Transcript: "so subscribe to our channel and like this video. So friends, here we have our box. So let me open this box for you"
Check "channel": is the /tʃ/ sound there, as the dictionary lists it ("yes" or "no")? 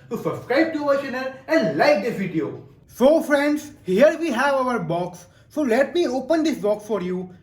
no